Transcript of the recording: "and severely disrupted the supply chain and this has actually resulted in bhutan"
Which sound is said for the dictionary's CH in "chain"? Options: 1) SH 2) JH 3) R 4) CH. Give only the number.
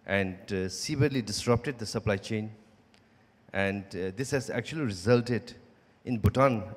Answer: 4